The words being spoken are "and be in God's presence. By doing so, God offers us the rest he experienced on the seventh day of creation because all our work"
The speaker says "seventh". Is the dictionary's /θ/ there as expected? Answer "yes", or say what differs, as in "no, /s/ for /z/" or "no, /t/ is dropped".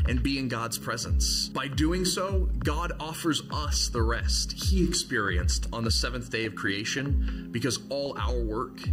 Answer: yes